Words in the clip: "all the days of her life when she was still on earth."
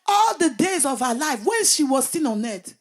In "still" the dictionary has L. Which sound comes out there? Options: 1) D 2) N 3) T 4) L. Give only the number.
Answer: 2